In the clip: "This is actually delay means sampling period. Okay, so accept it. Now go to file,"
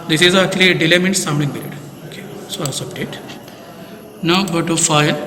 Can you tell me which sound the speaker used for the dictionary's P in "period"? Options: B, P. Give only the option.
B